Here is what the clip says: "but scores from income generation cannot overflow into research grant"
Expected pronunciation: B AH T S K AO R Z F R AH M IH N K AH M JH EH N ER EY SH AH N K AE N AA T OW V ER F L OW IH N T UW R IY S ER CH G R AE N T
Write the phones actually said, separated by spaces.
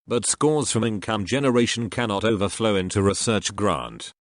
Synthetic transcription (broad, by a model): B AH T S K AO R Z F R AH M IH N K AH M JH EH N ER EY SH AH N K AE N AA T OW V ER F L OW IH N T UW R IY S ER CH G R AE N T